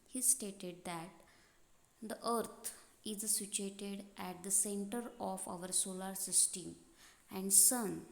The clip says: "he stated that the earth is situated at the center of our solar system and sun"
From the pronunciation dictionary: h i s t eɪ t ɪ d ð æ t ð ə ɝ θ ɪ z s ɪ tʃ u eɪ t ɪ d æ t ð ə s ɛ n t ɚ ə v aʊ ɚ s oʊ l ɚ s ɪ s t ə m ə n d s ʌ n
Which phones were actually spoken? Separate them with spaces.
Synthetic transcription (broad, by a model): h i s t eɪ t ɪ d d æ t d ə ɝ t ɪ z s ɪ tʃ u eɪ t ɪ d æ t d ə s ɛ n t ɚ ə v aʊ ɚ s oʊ l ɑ s ɪ s t ə m ə n d s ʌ n